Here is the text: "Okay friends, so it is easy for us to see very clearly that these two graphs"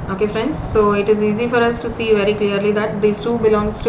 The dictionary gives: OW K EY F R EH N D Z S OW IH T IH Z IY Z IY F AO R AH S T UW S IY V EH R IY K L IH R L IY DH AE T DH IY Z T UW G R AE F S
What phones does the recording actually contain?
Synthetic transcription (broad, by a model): OW K EY F R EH N D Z S OW IH T IH Z IY Z IY F AO R AH S T UW S IY V EH R IY K L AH R L IY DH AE T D IY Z T UW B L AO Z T